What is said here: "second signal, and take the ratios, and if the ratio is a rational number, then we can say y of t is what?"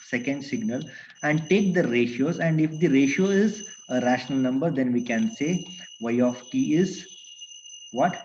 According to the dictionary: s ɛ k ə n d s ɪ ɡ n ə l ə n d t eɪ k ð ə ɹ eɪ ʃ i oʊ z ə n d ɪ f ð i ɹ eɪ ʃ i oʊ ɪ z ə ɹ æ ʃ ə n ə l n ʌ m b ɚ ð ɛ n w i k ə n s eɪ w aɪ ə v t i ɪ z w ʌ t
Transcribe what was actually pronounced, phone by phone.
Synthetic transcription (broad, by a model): s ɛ k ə n d s ɪ ɡ n ə l ə n d t eɪ k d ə ɹ eɪ ʃ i oʊ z ə n d ɪ f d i ɹ eɪ ʃ i oʊ ɪ z ə ɹ æ ʃ ə n ə l n ʌ m b ɚ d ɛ n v i k ə n s eɪ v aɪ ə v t i ɪ z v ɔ t